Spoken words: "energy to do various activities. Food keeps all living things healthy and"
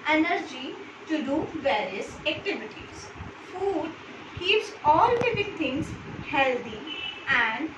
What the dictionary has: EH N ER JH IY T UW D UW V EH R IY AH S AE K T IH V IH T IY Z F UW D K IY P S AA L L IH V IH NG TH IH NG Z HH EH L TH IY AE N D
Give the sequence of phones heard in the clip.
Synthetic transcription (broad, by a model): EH N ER JH IY T UW D UW V EH R IY AH S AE K T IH V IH T IY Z F UW D K IY P S AA L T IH P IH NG T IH NG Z HH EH L T IY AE N D